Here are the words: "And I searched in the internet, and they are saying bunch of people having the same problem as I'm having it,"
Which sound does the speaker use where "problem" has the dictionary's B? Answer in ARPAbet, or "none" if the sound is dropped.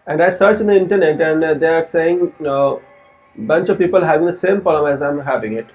none